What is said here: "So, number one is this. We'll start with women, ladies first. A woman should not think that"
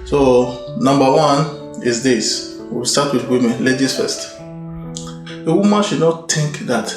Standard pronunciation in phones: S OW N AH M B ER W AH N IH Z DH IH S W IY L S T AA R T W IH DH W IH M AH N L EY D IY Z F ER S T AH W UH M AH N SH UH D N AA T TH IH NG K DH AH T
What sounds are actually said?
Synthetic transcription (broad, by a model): S OW N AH M B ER W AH N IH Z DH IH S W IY W S T AA T W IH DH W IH M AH N L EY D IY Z F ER S T AH W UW M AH N SH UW D N AA T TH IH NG K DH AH T